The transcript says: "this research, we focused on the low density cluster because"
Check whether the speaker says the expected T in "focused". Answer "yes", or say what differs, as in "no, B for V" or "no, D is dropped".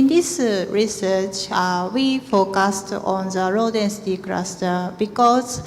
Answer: yes